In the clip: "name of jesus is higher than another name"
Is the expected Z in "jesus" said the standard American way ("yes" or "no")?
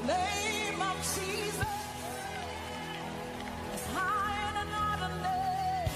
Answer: yes